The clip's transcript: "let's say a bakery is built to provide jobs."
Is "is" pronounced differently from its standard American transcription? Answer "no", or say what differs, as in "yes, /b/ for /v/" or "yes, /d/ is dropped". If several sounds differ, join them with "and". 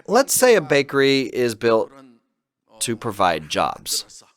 no